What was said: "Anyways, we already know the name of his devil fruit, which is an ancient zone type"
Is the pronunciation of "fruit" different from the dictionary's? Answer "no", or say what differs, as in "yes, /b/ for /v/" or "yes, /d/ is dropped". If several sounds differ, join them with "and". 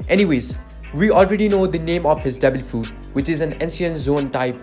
yes, /ɹ/ is dropped